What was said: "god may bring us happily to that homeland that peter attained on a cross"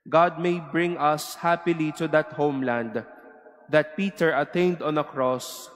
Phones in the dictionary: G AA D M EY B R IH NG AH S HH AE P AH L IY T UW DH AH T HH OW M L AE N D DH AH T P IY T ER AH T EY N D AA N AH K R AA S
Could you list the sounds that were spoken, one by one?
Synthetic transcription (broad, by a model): G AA D M EY B R IH NG AH S HH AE P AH L IY T UW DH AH T HH OW M L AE N D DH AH T P IY T ER AH T EY N D AA N AH K R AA S